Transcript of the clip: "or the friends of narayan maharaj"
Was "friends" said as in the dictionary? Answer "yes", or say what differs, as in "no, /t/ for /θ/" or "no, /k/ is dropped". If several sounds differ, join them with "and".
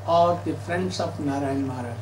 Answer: no, /s/ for /z/